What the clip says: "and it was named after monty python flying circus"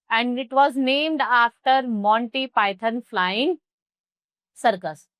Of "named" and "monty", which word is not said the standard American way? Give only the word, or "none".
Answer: none